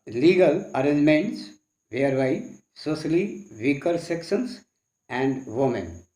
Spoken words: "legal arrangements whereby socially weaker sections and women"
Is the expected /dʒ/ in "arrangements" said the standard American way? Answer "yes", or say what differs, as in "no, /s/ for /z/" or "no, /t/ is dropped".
no, /dʒ/ is dropped